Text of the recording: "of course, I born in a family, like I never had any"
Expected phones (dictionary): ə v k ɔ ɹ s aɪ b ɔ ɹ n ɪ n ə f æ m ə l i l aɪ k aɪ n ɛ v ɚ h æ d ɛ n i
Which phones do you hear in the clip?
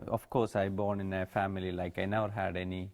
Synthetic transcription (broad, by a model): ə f k ɔ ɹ s aɪ b ɔ ɹ n ɪ n ə f æ m ə l i l aɪ k aɪ n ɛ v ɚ h æ d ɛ n i